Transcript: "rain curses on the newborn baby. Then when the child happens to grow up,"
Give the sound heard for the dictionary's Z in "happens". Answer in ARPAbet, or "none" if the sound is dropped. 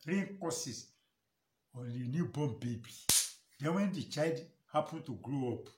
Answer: none